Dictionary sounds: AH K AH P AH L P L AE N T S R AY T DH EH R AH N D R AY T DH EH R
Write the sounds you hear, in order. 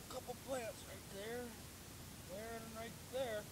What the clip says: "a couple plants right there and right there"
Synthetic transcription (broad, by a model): K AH P L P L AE T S R AY T DH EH R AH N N R AY T DH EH R